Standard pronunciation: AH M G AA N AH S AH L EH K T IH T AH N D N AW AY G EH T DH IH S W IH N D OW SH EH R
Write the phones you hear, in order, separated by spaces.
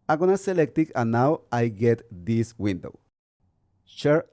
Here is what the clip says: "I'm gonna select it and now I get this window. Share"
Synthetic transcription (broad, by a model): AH G AA N AH S AH L EH K T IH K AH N N AW AY G EH T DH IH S W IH N D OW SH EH R